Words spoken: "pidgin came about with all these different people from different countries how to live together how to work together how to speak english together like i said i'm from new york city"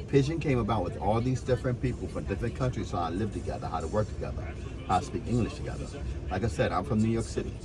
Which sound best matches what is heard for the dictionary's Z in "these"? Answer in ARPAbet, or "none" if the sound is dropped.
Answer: Z